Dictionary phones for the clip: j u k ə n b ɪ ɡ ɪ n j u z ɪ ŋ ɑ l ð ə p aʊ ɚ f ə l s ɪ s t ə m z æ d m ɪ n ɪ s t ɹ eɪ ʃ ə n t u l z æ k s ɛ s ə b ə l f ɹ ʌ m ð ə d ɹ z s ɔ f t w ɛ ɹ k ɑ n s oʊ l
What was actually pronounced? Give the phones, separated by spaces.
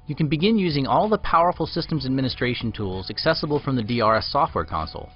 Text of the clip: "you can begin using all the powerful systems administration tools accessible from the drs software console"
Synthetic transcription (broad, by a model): j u k ə n b ɪ ɡ ɪ n j u z ɪ ŋ ɑ l ð ə p aʊ ɚ f l s ɪ s t ə m z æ d m ɪ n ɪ s t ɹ eɪ ʃ n t u l z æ k s ɛ s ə b l f ɹ ʌ m ð ə d ɹ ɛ s ɔ f t w ɛ ɹ k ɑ n s l